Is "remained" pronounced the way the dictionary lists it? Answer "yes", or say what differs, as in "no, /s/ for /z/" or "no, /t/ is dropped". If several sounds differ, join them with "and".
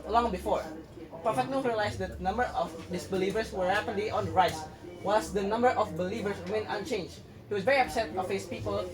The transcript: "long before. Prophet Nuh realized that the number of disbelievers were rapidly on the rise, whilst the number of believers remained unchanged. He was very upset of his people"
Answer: no, /d/ is dropped